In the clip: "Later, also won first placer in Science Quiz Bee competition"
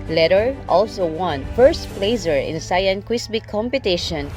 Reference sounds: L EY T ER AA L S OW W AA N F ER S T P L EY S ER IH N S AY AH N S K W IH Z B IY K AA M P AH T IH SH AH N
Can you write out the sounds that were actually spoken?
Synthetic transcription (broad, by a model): L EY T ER AA L S OW W AA N F ER S T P L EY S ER IH N S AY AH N K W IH S B IY K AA M P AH T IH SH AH N